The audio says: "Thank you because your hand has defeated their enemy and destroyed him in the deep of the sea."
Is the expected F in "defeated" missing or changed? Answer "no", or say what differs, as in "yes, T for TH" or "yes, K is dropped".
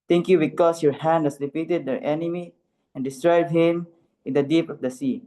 yes, P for F